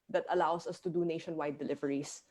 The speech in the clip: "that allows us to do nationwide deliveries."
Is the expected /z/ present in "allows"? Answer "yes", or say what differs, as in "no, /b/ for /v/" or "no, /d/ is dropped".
no, /s/ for /z/